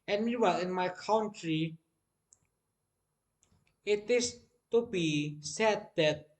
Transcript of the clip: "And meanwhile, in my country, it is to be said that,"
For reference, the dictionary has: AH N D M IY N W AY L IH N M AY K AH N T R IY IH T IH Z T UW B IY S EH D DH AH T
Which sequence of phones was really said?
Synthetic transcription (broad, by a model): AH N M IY W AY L IH N M AY K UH N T R IY IH T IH S T UW B IY S EH D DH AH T